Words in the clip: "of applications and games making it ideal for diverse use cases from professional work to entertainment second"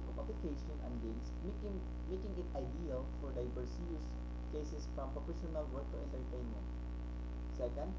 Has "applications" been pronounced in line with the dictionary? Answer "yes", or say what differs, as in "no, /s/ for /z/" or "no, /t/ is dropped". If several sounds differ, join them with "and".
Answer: no, /z/ is dropped